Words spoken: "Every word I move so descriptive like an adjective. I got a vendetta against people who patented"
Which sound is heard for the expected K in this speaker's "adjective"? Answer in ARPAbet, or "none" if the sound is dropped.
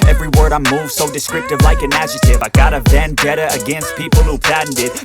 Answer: none